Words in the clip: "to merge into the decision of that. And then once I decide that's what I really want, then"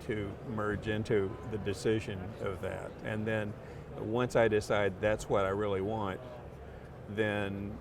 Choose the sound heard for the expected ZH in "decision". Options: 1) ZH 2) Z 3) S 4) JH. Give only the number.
1